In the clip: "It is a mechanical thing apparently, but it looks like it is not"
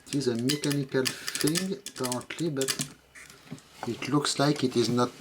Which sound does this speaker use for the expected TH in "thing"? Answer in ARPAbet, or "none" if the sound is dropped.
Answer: F